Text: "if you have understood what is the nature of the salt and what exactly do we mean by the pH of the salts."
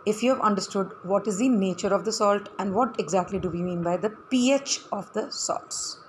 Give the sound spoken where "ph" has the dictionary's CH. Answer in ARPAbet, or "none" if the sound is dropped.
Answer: CH